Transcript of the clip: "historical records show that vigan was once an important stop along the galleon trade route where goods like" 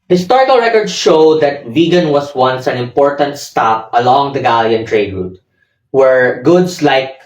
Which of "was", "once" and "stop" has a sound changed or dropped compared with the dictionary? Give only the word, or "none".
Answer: was